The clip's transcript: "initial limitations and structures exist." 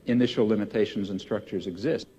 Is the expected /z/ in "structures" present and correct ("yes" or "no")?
yes